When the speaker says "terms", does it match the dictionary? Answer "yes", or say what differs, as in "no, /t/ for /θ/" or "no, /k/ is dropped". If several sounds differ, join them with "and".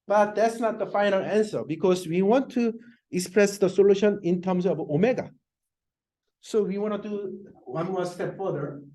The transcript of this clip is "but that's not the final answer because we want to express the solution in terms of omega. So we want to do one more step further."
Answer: no, /s/ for /z/